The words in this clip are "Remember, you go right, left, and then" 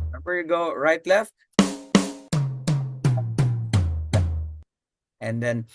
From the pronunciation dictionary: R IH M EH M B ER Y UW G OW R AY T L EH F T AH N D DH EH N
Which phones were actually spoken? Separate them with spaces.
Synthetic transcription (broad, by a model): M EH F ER Y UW G OW R AY T L EH F T AH N D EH N